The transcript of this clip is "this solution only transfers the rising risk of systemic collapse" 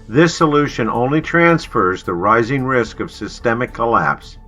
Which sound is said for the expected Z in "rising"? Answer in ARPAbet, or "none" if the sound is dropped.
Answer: Z